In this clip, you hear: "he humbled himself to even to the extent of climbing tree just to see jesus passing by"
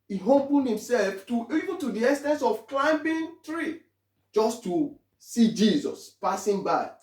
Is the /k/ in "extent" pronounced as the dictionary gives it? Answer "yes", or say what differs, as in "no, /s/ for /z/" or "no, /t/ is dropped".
no, /k/ is dropped